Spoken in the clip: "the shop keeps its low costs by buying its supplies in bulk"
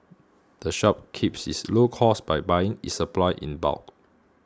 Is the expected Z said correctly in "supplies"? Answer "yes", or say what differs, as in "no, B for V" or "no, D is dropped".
no, Z is dropped